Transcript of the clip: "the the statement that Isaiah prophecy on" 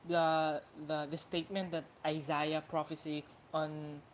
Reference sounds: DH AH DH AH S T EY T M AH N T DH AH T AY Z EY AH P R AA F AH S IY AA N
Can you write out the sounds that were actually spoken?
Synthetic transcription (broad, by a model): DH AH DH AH S T EY T M AH N T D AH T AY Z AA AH P R AA F AH S IY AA N